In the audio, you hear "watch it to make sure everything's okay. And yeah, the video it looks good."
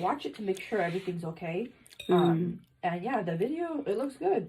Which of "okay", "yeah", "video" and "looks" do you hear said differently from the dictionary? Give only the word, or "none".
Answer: none